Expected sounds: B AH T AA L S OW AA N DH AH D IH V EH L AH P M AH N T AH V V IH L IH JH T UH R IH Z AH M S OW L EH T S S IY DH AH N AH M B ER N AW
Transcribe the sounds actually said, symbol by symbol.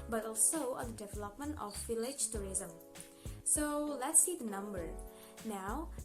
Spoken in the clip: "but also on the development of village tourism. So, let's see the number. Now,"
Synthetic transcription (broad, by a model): B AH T AA L S OW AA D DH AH D IH V EH L AH P M AH N T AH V F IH L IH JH T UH R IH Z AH M S OW L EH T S S IY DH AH N AH M B ER N AW